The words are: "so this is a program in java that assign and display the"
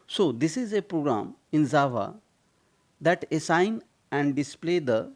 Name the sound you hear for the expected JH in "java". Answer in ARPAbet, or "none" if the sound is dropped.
Z